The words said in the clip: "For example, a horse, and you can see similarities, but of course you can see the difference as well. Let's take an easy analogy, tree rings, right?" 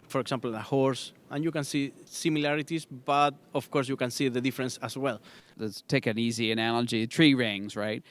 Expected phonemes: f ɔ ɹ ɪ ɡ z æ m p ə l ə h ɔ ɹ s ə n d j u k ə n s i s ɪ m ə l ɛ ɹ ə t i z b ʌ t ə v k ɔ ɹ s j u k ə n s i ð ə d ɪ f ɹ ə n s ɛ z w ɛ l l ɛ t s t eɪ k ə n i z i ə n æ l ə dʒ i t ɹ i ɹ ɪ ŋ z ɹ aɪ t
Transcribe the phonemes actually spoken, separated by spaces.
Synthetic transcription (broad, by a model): f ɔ ɹ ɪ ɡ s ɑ m p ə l ə h ɔ ɹ s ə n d j u k ə n s i s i m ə l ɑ ɹ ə t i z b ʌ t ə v k ɔ ɹ s j u k ə n s i ð ə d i f ɹ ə n s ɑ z w ɛ l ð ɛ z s t eɪ k ə n i z i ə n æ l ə dʒ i t ɹ i ɹ ɪ ŋ z ɹ aɪ t